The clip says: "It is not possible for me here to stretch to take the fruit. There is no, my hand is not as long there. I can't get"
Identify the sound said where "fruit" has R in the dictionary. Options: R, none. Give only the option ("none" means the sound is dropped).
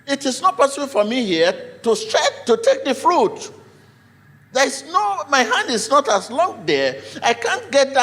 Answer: R